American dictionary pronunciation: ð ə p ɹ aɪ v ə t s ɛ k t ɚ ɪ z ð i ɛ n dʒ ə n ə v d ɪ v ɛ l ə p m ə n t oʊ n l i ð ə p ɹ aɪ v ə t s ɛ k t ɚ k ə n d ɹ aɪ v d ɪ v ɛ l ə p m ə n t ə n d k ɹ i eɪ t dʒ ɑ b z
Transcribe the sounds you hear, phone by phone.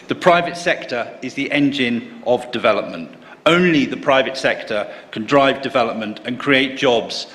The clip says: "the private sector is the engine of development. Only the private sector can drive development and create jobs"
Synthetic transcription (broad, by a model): ð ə p ɹ aɪ v ə t s ɛ k t ɚ ɪ z ð i ɛ n dʒ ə n ə v d ɪ v ɛ l ə p m ə n t oʊ n l i ð ə p ɹ aɪ v ə t s ɛ k t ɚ k ə n d ɹ aɪ v d ɪ v ɛ l ə p m ə n t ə n k ɹ i eɪ t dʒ ɑ b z